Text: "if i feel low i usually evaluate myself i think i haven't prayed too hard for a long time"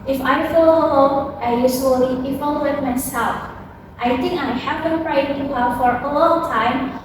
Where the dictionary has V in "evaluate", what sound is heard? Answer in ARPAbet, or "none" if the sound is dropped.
F